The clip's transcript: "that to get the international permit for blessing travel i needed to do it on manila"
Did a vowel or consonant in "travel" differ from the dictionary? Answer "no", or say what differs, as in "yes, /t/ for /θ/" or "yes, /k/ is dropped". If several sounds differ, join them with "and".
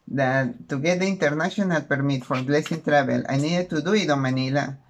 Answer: yes, /b/ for /v/